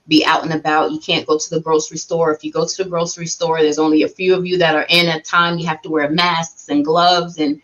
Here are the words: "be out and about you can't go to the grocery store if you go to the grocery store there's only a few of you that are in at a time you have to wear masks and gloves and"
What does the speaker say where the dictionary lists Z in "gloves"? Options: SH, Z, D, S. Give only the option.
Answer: Z